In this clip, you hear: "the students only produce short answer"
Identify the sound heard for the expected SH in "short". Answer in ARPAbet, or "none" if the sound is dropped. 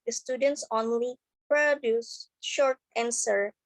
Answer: SH